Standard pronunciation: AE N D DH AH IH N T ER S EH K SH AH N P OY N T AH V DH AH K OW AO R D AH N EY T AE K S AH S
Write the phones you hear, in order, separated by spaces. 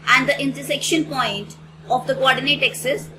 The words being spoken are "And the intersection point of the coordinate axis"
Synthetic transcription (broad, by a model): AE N D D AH IH N T ER S EH K SH AH N P OY N T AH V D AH K OW AO R D AH N EY T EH K S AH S